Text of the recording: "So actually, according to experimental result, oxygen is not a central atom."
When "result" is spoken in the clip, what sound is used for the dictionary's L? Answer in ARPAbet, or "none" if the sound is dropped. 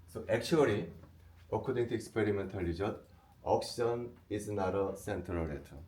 none